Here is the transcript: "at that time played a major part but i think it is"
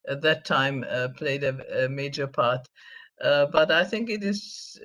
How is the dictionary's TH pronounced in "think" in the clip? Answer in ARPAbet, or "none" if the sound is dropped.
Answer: TH